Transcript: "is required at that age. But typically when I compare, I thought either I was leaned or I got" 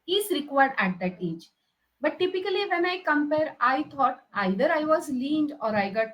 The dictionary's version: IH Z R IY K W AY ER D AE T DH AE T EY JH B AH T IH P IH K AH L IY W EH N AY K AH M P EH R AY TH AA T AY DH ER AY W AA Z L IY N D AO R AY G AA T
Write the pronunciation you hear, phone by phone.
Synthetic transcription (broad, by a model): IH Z R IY K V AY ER D AE T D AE T EY JH B AH T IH P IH K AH L IY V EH N AY K AH M P EH R AY T AA T AY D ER AY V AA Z L IY N D AO R AY G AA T